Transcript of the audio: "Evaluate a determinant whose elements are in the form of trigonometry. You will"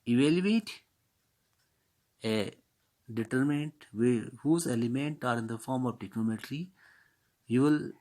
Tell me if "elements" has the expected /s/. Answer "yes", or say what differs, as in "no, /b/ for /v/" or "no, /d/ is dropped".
no, /s/ is dropped